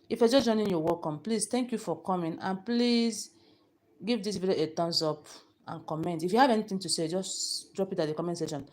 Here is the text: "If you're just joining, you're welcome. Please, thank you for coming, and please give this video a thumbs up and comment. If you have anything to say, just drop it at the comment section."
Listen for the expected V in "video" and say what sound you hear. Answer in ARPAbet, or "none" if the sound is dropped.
B